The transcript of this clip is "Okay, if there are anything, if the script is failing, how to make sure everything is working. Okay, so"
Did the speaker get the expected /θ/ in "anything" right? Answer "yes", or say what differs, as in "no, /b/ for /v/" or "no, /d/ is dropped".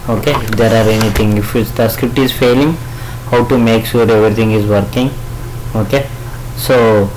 no, /t/ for /θ/